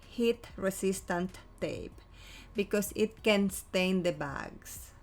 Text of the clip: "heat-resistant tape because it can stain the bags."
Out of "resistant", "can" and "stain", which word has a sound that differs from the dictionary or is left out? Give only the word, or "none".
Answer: resistant